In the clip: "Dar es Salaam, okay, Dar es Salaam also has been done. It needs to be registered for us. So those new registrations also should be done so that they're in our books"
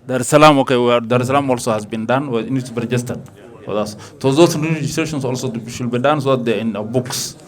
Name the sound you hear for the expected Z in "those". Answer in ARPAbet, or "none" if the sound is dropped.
S